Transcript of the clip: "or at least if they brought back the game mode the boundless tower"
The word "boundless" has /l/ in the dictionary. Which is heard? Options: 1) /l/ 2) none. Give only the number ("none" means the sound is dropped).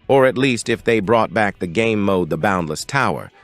1